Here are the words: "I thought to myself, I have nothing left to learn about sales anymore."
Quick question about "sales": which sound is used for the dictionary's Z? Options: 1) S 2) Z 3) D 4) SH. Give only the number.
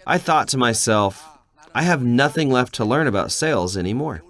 2